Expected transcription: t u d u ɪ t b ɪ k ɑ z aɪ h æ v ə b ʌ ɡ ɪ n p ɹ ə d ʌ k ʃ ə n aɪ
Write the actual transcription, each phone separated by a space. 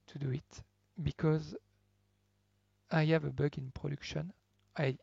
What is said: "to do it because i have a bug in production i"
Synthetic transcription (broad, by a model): t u d u ɪ t b ɪ k ɑ z aɪ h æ v ə b ʌ ɡ ɪ n p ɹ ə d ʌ k ʃ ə n aɪ